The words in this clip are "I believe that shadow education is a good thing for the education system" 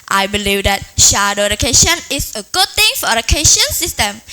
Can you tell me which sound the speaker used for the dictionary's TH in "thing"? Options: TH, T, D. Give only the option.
T